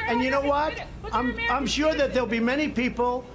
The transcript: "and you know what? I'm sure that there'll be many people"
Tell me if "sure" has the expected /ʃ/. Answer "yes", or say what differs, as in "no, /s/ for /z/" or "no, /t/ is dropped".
yes